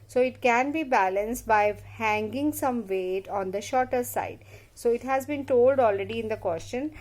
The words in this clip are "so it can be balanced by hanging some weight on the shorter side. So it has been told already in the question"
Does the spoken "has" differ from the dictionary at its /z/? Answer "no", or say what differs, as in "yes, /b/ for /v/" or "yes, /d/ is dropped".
no